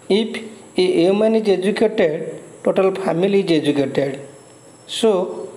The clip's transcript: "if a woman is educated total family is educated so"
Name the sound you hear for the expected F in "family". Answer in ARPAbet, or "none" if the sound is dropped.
P